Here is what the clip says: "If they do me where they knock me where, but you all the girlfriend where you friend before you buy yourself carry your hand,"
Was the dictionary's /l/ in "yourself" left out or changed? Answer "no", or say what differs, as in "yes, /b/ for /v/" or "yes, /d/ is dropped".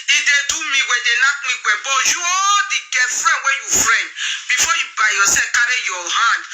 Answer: yes, /l/ is dropped